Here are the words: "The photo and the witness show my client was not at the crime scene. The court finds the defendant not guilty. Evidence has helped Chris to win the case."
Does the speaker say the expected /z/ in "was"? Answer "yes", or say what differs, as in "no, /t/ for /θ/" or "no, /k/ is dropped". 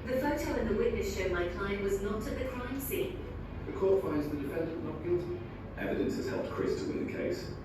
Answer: yes